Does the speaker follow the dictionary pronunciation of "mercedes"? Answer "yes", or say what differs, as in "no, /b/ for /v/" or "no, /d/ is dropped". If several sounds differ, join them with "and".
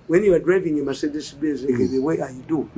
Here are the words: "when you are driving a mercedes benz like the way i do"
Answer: no, /s/ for /z/